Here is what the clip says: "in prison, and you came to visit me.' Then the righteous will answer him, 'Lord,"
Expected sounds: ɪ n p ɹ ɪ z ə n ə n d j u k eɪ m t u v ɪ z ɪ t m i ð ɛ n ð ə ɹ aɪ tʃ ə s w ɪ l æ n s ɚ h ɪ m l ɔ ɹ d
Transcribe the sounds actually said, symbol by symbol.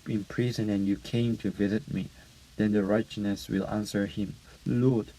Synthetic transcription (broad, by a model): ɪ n p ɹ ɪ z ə n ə n j u k eɪ m t u v ɪ z ɪ t m i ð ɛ n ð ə ɹ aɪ tʃ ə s w ɪ l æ n s ɚ h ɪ m l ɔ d